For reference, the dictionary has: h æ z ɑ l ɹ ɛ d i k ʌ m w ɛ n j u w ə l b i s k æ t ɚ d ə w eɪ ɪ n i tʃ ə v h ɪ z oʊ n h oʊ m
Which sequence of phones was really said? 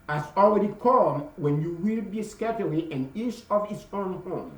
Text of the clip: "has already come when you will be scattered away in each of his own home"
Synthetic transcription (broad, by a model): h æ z ɑ l ɹ ɛ d i k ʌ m w ɛ n j u w ə l b i s k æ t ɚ ə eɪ ɪ n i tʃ ə v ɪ s oʊ n h oʊ m